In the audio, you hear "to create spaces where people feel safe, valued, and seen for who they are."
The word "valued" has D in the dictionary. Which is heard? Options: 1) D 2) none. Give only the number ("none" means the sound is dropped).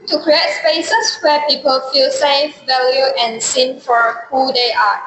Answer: 2